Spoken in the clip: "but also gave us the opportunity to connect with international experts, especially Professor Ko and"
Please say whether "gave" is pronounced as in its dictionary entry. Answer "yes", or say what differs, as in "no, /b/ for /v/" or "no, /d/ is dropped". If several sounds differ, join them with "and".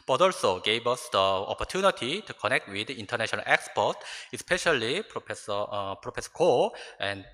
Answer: no, /b/ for /v/